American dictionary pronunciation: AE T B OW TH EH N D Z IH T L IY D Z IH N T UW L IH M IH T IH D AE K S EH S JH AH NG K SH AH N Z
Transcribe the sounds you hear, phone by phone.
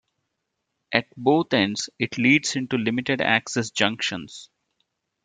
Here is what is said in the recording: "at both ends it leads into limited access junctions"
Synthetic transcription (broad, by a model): AE T B OW T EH N D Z IH T L IY D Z IH N T UW L IH M IH T IH D AE K S EH S JH AH NG K SH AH N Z